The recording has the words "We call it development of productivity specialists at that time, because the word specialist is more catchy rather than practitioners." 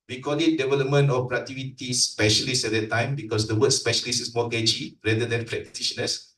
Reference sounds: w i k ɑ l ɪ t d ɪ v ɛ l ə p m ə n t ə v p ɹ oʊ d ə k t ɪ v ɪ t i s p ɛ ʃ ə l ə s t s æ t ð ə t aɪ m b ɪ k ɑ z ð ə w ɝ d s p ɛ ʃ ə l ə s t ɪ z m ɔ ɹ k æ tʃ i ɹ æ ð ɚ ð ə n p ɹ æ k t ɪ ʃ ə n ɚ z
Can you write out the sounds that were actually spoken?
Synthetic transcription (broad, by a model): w i k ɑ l ɪ t d ɪ v ɛ l ə p m ə n t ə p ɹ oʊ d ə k t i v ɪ t i s p ɛ ʃ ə l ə s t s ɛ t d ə t aɪ m b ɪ k ɑ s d ə w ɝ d s p ɛ ʃ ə l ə s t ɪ s m ɔ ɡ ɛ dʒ i ɹ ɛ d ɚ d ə n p ɹ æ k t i ʃ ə n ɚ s